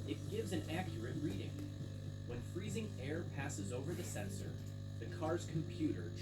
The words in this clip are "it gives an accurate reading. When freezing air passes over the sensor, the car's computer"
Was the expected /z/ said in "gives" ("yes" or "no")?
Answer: yes